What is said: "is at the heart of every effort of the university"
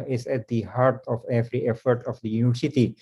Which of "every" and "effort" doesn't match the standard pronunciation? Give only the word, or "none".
none